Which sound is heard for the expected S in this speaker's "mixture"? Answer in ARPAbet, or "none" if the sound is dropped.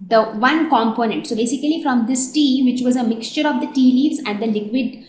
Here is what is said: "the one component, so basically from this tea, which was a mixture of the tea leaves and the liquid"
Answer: S